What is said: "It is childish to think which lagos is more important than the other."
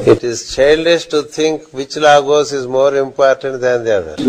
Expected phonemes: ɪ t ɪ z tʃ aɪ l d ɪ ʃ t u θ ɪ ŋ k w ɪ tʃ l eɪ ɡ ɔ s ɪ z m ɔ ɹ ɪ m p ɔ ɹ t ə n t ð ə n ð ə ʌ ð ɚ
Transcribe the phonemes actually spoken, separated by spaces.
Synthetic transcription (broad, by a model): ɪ t ɪ z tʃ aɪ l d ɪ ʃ t u t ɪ ŋ k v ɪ tʃ l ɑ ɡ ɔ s ɪ z m ɔ ɹ ɪ m p ɔ ɹ t ə n t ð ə n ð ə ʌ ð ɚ